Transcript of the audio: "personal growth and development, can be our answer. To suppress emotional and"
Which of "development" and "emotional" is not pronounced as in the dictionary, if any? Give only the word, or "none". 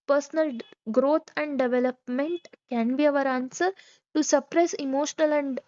none